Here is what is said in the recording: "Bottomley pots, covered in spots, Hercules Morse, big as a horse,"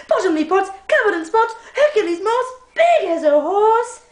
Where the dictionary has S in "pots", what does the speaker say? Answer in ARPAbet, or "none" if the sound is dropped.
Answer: none